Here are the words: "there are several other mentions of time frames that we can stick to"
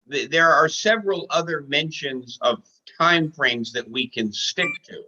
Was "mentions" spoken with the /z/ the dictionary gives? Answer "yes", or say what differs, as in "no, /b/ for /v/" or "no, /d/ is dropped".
yes